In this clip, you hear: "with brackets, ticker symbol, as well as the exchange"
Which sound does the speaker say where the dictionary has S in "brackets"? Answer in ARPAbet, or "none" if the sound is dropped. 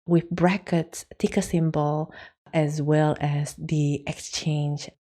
S